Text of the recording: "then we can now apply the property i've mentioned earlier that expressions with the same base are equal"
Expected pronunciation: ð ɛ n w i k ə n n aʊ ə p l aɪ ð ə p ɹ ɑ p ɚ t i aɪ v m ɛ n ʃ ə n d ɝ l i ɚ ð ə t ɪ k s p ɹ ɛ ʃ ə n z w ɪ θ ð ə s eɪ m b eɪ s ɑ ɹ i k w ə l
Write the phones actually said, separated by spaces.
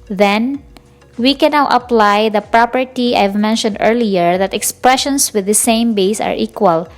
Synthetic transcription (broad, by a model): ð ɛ n w i k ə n n aʊ ə p l aɪ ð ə p ɹ ɑ p ɚ t i aɪ v m ɛ n ʃ ə n d ɝ l i ɚ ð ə t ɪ k s p ɹ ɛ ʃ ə n s w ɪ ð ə s eɪ m b eɪ s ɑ ɹ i k w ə l